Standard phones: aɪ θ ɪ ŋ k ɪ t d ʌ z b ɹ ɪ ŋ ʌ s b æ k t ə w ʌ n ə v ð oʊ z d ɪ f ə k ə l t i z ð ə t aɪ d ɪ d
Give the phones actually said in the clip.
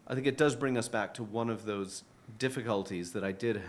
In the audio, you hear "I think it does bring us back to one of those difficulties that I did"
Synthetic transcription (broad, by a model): aɪ θ ɪ ŋ k ɪ t d ʌ z b ɹ ɪ ŋ ʌ s b æ k t ə w ʌ n ə v ð oʊ z d ɪ f ə k ə l t i z ð ə t aɪ d ɪ d